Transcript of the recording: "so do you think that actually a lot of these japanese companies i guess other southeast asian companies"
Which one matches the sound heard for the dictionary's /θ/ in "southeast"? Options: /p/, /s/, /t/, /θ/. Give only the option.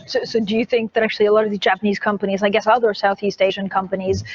/θ/